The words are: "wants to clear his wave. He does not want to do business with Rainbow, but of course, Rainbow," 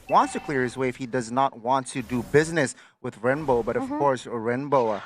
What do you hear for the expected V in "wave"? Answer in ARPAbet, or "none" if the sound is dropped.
F